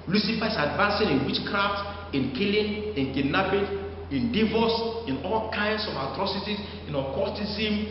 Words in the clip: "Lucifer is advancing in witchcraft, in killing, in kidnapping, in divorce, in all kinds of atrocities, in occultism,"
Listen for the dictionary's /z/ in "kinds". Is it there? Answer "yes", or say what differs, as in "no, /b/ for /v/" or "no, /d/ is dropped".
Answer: no, /s/ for /z/